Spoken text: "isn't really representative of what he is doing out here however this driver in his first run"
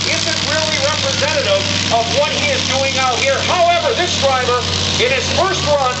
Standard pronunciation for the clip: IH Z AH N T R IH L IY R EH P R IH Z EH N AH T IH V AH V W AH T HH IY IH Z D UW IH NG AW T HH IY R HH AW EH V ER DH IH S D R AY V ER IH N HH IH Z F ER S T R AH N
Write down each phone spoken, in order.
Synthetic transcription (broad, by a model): IH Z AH N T R IH L IY R EH P R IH Z EH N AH T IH V AH V W AH T HH IY IH Z D UW IH NG AW T HH IY R HH AW EH V ER DH IH S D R AY B ER IH N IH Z F ER S T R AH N